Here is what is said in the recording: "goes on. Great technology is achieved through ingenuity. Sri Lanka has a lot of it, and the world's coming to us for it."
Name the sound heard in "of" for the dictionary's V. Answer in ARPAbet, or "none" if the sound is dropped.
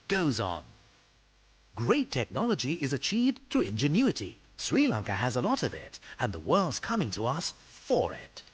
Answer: V